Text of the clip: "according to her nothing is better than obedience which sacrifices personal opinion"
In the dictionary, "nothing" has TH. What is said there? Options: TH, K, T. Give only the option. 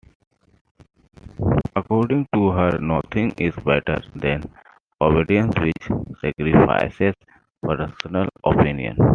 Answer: T